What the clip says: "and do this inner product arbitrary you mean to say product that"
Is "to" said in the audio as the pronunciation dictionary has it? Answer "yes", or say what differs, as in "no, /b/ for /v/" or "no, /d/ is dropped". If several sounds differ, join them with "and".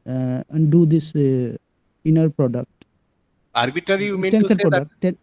no, /s/ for /t/